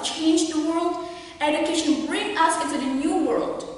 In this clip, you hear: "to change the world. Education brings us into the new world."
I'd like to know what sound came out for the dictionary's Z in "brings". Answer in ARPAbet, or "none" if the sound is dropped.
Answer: none